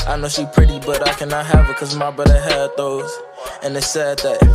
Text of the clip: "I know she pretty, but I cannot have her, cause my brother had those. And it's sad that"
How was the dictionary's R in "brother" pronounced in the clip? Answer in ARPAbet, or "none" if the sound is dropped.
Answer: none